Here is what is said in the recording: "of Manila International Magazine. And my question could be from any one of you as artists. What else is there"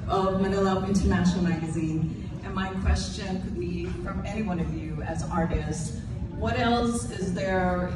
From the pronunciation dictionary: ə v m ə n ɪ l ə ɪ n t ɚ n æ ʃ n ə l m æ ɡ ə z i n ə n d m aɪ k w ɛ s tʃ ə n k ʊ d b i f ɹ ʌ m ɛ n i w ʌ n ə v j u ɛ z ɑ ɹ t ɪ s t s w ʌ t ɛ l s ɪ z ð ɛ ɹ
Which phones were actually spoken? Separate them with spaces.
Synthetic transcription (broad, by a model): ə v m ə n ɪ l ə ɪ n t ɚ n æ ʃ n l m æ ɡ ə z i n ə n m aɪ k w ɛ s tʃ ə n k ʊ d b i f ɹ ʌ m ɛ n i w ʌ n ə v j u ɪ z ɑ ɹ t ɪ s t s w ʌ t ɛ l s ɪ z ð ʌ ɹ